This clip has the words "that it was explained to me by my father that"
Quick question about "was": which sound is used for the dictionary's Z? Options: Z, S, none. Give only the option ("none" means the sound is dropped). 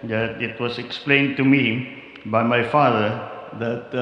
S